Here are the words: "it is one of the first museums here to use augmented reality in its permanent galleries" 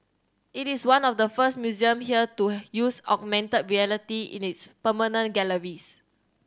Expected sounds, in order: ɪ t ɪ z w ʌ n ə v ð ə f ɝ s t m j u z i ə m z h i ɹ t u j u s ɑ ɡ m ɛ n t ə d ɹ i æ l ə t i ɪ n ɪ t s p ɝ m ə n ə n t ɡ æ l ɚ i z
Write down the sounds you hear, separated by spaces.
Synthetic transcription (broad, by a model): ɪ t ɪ s w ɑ n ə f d ə f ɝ s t m j u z i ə m h i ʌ t u j u s ɑ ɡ m ɛ n t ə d ɹ i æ l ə t i ɪ n ɪ t s p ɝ m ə n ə n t ɡ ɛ l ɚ i s